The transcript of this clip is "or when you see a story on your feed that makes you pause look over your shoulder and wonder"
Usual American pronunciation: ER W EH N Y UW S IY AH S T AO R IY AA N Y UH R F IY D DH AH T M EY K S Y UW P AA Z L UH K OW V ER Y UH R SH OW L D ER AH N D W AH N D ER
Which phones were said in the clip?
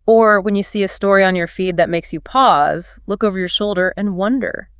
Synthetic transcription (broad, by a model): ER W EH N Y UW S IY AH S T AO R IY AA N Y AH R F IY D DH AH T M EY K S Y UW P AA Z L UH K OW V ER Y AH R SH OW L D ER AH N W AH N D ER